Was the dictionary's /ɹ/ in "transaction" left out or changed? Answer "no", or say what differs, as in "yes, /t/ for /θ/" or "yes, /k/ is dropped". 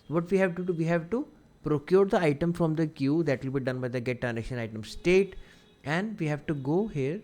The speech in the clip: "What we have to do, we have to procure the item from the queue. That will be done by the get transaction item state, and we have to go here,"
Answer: yes, /ɹ/ is dropped